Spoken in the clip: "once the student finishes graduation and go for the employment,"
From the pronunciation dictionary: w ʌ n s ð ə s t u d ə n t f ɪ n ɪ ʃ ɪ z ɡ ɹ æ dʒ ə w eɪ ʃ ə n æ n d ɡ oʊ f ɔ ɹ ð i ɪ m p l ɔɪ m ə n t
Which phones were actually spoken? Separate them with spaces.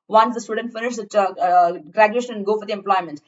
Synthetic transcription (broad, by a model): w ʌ n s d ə s t u d ə n t f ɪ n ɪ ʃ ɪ ɡ ɹ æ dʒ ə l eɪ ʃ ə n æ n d ɡ oʊ f ɔ ɹ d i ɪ m p l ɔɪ m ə n t